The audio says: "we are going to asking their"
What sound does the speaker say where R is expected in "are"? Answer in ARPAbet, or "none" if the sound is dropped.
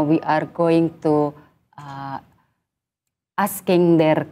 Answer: R